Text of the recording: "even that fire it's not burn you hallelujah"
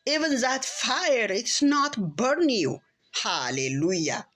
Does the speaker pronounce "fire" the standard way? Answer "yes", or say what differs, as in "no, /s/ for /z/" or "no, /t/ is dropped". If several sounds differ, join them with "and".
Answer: yes